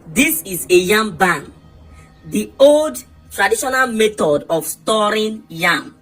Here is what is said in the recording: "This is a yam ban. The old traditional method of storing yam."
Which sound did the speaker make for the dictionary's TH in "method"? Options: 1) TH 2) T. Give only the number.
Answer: 2